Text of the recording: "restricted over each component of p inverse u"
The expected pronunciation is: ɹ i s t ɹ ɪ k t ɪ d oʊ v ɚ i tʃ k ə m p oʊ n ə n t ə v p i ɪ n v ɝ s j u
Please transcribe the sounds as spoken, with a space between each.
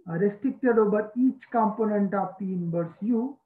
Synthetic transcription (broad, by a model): ɹ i s t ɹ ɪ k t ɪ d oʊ b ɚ i tʃ k ə m p oʊ n ə n t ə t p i n b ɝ s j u